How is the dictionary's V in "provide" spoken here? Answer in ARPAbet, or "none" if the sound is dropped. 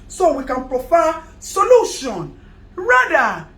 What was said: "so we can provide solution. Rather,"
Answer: F